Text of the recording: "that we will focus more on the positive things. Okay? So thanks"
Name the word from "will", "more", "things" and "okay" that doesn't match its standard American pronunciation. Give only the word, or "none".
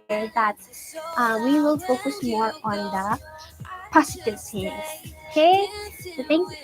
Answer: things